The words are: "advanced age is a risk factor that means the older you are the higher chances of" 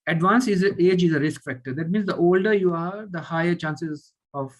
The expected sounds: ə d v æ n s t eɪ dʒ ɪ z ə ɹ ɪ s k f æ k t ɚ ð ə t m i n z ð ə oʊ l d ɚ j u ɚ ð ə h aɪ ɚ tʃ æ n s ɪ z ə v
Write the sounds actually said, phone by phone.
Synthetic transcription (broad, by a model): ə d v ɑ n s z eɪ dʒ ɪ z ə ɹ ɪ s k f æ k t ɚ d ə t m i n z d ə oʊ l d ɚ j u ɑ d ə h aɪ ɚ tʃ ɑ n s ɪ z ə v